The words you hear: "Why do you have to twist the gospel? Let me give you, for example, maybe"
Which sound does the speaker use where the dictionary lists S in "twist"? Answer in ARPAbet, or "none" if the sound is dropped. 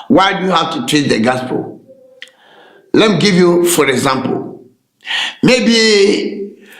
none